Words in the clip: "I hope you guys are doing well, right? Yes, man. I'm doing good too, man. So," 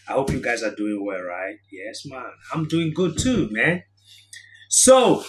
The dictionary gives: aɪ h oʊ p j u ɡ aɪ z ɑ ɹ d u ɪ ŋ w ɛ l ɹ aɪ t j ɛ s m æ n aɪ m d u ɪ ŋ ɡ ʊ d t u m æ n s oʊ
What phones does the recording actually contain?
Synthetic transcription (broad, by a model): aɪ h oʊ p j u ɡ aɪ z ɑ ɹ d u ɪ ŋ w ɛ l ɹ aɪ t j ɛ s m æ n aɪ m d u ɪ ŋ ɡ ʊ d t u m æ n s oʊ